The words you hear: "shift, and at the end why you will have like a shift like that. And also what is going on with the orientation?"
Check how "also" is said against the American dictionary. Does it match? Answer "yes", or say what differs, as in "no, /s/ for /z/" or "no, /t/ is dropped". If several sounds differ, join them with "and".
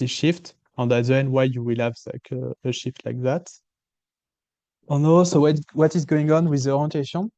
no, /l/ is dropped